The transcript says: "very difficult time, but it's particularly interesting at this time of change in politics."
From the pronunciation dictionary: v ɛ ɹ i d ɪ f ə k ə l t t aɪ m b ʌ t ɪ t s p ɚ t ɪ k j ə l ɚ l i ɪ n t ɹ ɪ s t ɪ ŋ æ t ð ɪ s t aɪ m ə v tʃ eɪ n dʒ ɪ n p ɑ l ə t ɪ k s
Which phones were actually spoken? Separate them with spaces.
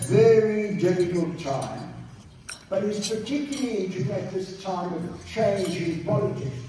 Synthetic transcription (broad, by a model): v ɛ ɹ i d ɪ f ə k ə l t t aɪ m b ʌ t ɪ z p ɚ t ɪ k j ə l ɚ l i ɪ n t ɪ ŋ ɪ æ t ð ɪ s t aɪ m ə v tʃ eɪ n dʒ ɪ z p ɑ l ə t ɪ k s